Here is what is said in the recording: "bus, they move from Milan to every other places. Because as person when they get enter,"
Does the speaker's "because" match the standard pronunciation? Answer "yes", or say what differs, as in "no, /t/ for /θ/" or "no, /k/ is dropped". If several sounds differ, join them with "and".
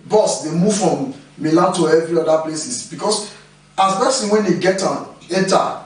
no, /s/ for /z/